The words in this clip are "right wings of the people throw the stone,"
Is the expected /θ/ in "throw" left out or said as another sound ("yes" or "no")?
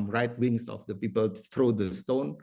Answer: yes